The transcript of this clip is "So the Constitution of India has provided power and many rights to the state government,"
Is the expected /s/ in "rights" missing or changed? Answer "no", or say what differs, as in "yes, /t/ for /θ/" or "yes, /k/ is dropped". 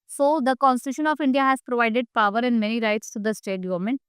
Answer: no